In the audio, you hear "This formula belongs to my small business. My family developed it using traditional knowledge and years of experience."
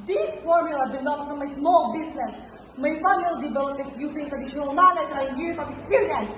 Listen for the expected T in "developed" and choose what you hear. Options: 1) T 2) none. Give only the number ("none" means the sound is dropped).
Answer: 2